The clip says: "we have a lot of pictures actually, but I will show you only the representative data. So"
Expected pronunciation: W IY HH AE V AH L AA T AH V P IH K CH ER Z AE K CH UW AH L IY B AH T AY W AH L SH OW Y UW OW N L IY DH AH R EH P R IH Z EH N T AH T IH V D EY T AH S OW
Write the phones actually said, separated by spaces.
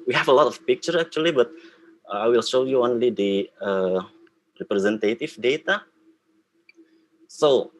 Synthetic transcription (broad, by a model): W IY HH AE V AH L AA T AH F P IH K CH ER AE K CH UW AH L IY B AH T AY W AH L SH OW Y UW OW N L IY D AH R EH P R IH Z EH N T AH T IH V D EY T AH S OW